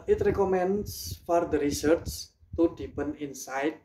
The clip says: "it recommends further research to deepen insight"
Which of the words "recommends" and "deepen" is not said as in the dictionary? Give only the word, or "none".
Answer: recommends